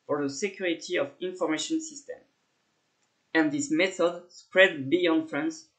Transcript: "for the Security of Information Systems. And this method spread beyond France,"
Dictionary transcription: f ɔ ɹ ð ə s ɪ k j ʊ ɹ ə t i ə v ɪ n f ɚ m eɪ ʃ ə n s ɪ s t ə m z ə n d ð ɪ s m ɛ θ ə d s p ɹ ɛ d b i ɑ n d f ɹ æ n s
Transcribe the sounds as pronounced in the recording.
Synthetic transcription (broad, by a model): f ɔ ɹ ð ə s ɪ k j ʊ ɹ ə t i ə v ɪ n f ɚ m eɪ ʃ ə n s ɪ s t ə m ə n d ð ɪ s m ɛ θ ə d s p ɹ ɛ d b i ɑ n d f ɹ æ n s